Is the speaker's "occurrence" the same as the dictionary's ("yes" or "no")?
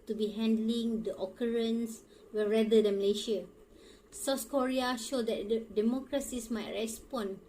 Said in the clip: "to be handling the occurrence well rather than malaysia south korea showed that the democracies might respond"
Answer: yes